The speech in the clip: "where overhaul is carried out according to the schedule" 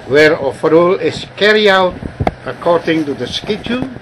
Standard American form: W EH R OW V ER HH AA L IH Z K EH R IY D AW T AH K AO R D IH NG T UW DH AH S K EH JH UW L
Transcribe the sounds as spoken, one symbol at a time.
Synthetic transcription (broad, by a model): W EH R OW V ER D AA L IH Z K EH R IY AW T AH K AO R D IH NG T UW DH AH S K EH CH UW